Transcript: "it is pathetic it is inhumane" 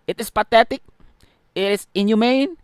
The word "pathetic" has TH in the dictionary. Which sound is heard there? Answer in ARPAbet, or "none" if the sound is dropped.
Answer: T